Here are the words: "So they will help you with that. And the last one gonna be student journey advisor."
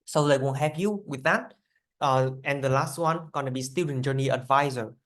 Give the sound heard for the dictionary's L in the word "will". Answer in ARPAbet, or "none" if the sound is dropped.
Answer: N